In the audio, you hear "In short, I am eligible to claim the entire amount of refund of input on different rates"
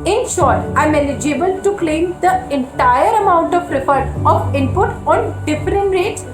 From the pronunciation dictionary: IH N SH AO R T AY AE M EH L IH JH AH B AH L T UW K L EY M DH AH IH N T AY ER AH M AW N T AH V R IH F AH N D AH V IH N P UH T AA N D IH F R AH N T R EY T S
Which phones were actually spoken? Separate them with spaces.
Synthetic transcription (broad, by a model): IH N SH AO R T AY M EH L IH JH AH B AH L T UW K L EY M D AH IH N T AY ER AH M AW N T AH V R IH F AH D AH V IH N P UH T AA N D IH F R AH N T R EY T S